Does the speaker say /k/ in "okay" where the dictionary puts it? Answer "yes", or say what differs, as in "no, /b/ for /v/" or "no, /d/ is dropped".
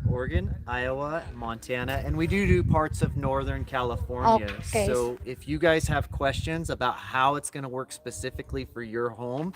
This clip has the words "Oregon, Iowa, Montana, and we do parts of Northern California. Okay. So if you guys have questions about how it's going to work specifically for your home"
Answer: no, /k/ is dropped